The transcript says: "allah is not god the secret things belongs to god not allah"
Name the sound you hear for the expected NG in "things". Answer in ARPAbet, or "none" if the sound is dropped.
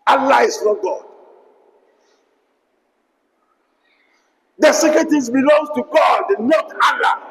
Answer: none